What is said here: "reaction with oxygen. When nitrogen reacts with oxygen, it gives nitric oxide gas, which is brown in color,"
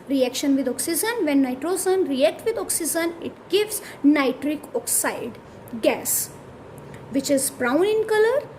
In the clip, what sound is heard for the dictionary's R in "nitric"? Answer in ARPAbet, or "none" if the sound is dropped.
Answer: R